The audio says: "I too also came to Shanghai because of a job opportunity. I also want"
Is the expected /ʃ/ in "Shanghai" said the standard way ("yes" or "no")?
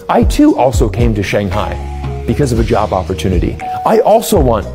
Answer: yes